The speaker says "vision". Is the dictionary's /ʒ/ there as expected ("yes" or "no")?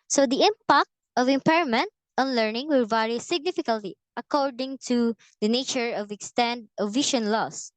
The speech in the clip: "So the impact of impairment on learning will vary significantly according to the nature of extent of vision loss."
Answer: no